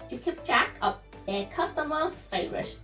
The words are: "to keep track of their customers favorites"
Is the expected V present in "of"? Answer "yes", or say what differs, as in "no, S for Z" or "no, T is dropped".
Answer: no, P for V